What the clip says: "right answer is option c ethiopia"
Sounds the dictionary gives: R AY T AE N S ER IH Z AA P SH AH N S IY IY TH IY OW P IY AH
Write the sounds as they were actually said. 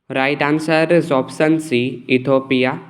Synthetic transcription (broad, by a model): R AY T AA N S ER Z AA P S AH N S IY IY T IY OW P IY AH